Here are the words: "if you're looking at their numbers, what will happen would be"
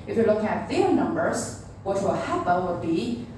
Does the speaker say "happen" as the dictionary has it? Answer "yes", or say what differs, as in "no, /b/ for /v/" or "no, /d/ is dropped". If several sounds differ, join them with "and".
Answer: no, /l/ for /n/